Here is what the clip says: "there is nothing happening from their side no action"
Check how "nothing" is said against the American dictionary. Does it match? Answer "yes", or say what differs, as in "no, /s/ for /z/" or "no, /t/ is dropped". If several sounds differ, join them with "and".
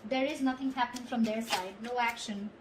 no, /t/ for /θ/